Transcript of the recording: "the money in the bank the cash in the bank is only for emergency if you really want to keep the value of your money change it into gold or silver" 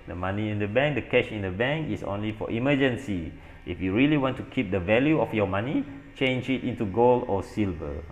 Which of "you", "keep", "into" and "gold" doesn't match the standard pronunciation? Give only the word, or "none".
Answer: gold